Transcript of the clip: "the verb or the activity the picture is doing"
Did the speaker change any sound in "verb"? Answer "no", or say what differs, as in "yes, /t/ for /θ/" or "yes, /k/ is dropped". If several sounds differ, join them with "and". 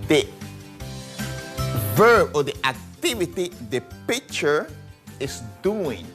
no